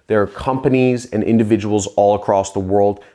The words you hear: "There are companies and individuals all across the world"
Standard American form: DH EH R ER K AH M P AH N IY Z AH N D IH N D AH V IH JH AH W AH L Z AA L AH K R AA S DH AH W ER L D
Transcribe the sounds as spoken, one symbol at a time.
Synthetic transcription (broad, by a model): DH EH R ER K AH M P AH N IY Z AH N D IH N D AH V IH JH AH W L Z AA L AH K R AA S DH AH W ER L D